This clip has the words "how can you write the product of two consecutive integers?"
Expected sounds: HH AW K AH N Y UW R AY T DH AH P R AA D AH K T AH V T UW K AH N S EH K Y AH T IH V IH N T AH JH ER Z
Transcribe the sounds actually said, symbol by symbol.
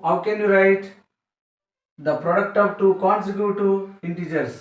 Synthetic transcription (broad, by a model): HH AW K AH N Y UW R AY T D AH P R AA D AH K T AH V T UW K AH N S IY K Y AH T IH IH N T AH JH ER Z